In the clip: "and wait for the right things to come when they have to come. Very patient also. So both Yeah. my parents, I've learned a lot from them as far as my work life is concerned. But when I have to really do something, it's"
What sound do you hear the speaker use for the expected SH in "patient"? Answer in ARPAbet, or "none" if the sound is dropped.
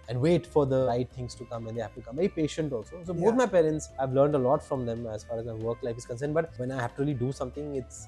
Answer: SH